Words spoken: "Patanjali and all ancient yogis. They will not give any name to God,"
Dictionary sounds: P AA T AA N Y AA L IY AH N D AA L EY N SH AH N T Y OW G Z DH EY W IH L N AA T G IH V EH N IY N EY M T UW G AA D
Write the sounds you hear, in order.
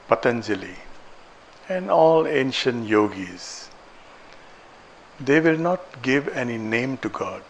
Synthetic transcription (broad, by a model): P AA T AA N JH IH L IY AH N D AA L EY N SH AH N T Y OW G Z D EY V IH L N AA T G IH V EH N IY N EY M T UW G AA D